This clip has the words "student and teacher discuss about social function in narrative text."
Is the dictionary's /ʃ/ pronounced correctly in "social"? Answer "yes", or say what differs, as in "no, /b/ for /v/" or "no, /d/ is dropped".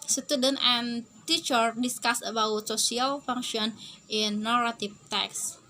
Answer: no, /s/ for /ʃ/